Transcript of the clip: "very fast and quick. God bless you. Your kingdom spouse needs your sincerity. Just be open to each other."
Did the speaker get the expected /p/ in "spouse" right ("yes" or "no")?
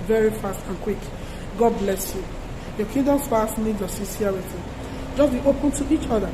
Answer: no